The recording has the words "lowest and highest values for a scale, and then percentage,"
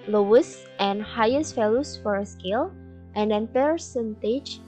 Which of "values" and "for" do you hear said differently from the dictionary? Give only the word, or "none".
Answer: values